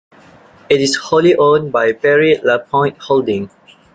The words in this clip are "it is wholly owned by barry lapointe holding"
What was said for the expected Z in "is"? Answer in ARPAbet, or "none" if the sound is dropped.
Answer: S